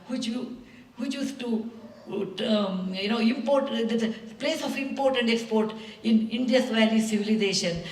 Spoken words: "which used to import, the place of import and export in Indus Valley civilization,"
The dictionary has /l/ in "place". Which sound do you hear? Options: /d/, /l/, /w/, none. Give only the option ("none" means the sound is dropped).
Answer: /l/